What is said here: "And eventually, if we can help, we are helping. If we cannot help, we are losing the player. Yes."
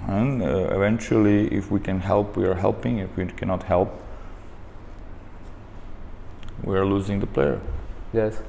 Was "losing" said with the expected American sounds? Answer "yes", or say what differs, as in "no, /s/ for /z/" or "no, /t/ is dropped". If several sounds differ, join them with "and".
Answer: yes